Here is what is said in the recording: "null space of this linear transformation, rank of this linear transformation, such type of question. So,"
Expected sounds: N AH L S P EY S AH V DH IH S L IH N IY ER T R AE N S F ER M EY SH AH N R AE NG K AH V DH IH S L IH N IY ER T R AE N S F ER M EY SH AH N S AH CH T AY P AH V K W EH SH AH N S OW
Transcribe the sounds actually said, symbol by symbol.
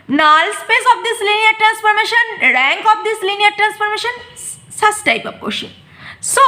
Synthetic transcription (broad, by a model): N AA L S P EY S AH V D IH S L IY N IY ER T R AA N S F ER M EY SH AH N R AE NG K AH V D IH S L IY N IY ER T R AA N S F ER M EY SH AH N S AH S T AY P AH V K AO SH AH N S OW